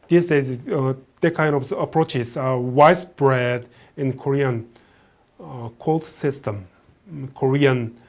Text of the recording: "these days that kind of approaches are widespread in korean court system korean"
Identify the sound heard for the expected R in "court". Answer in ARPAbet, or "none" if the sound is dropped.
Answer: L